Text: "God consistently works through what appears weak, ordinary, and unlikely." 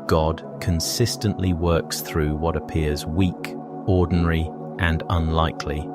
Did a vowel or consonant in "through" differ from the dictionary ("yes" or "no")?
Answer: no